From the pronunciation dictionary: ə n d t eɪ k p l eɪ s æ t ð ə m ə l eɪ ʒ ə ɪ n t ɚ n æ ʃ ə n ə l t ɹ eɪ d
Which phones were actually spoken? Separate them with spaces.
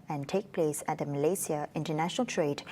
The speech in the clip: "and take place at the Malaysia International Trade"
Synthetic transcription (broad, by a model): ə n t eɪ k p l eɪ s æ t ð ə m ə l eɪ s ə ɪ n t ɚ n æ ʃ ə n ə l t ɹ eɪ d